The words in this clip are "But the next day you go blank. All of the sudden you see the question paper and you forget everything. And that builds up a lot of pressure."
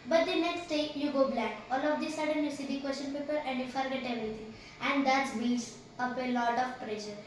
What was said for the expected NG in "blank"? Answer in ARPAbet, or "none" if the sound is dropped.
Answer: none